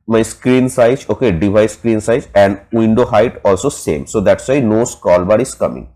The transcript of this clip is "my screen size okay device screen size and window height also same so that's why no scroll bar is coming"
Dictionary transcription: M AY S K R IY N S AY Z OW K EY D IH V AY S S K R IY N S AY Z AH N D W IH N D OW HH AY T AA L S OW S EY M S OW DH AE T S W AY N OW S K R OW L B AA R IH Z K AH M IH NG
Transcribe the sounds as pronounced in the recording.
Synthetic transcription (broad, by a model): M AY S K R IY N S AY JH OW K EY D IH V AY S S K R IY N S AY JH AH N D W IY N D OW HH AY T AA L S OW S EY M S OW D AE T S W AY N OW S K OW L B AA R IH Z K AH M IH NG